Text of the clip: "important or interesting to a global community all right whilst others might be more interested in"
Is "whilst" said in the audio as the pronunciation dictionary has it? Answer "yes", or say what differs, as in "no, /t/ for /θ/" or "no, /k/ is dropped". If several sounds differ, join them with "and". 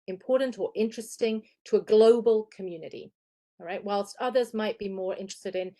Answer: yes